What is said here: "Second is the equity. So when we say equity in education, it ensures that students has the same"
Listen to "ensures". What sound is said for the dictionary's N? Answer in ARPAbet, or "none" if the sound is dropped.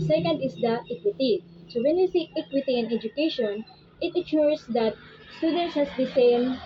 none